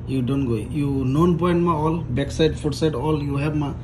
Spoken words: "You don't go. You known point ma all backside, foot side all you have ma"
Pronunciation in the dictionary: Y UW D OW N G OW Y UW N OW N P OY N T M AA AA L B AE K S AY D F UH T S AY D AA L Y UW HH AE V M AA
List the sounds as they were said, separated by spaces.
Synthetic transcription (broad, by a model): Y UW D OW N G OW Y UW N OW N P OY N T M AA AA L B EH K S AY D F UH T S AY D AA L Y UW HH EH B M AA